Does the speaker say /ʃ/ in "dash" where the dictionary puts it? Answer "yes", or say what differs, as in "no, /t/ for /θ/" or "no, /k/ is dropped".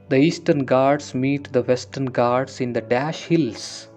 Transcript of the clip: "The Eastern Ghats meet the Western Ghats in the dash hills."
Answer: yes